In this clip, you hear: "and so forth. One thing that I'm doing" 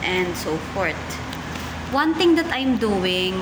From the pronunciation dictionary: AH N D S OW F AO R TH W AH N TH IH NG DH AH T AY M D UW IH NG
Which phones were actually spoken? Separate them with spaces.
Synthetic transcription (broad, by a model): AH N D S OW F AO R T W AH N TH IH NG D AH T AY M D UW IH NG